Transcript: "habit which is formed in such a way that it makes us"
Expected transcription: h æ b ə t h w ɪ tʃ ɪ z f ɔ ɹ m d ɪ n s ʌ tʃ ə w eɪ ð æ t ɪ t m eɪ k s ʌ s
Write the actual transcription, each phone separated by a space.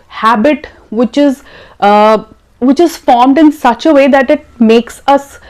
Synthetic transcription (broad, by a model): h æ b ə t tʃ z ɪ tʃ ɪ z f ɔ ɹ m d ɪ n s ʌ tʃ ə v eɪ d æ t ɪ t m eɪ k s ʌ s